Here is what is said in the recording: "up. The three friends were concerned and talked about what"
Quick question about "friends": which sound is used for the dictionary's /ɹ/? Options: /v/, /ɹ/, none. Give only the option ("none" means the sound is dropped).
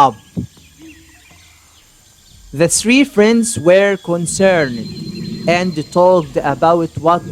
/ɹ/